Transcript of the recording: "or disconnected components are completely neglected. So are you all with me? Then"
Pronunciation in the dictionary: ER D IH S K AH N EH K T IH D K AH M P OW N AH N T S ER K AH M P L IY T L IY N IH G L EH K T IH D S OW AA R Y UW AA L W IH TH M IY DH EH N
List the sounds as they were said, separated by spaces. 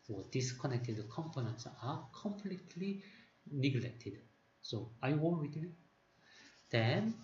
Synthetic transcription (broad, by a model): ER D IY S K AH N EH K T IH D K AH M P OW N AH N T S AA K AH M P L IY T L IY N IH G L EH K T IH D S OW AA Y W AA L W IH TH M IY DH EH N